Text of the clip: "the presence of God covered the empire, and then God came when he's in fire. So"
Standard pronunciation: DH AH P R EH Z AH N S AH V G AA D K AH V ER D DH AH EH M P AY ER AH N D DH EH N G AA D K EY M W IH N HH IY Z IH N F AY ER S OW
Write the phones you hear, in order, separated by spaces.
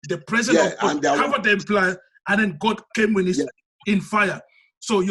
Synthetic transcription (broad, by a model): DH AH P R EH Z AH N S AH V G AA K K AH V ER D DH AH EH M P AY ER AH N D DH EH N G AA D K EY M W IH N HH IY S IH N F AY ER S OW